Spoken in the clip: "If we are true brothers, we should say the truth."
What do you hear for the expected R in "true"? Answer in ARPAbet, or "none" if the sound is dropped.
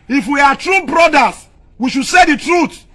R